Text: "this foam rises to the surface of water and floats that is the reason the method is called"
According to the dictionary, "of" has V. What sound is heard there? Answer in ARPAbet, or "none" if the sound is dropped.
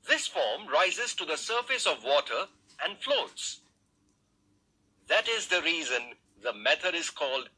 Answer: V